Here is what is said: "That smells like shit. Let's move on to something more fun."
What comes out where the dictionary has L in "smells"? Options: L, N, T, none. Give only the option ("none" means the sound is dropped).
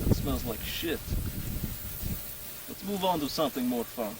L